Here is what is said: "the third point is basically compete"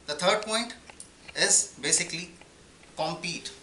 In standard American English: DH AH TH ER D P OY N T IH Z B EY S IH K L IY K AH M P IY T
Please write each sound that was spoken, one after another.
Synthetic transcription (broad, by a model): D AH T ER D P OY N T IH Z B EY S IH K L IY K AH M P IY T